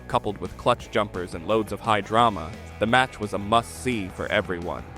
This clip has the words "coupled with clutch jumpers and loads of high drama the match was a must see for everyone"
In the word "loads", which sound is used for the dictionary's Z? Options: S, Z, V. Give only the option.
Z